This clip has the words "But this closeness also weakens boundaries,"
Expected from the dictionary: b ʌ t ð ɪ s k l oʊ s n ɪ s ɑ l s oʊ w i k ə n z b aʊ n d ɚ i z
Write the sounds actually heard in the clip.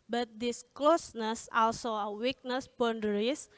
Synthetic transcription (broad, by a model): b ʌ t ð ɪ s k l oʊ s n ɪ s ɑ l s oʊ w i k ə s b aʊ n d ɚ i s